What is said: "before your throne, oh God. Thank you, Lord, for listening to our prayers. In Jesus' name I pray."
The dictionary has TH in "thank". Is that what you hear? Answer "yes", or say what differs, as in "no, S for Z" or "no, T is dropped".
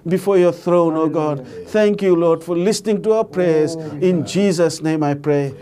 no, T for TH